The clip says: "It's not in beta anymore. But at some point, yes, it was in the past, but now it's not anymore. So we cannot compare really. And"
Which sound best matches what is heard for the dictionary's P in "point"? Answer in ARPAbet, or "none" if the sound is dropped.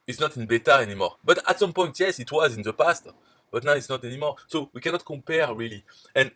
P